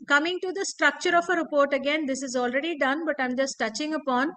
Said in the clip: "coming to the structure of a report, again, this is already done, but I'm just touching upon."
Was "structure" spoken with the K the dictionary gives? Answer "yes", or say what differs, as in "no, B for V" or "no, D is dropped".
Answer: yes